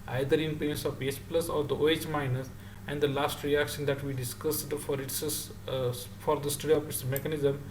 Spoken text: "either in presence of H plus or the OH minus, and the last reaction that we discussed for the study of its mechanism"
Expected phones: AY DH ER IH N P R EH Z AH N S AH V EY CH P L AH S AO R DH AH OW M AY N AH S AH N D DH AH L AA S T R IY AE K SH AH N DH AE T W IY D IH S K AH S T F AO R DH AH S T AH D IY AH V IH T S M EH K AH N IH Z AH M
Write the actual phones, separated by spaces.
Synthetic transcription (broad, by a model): AY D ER IH N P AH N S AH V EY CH P L AH S AO R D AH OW M AY N AH S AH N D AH L AA S T R IY AE K SH AH N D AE T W IY D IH S K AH S T F AO R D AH S T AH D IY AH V IH T S M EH K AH N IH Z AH M